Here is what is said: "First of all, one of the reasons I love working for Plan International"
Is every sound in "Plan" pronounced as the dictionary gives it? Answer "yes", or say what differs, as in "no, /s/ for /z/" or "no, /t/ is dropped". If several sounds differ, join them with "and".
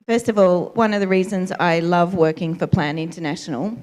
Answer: yes